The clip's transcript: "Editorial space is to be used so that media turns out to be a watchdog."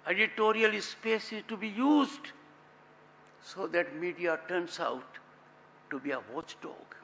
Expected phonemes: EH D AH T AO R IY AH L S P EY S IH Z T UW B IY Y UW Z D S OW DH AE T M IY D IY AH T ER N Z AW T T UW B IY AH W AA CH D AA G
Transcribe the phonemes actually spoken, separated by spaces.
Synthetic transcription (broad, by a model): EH D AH T AO R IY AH L S P EY S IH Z T UW B IY Y UW Z D S OW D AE T M IY D IY AH T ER N S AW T T UW B IY AH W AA CH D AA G